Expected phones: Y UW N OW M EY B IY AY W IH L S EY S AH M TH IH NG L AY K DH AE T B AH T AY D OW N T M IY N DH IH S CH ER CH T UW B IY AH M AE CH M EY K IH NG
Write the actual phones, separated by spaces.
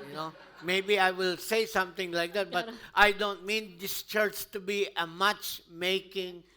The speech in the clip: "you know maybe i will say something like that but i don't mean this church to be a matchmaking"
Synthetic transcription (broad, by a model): Y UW N OW M EY B IY AY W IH L S EY S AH M T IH NG L AY K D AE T B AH T AY D OW N T M IY N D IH S CH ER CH T UW B IY AH M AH CH M EY K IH NG